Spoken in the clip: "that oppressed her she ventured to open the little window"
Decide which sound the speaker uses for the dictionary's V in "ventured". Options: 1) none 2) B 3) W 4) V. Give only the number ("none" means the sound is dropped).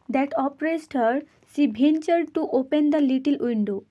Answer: 2